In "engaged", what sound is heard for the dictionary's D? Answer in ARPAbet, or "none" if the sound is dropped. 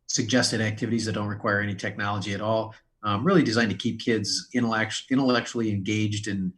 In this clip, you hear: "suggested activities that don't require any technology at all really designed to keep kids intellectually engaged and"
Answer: D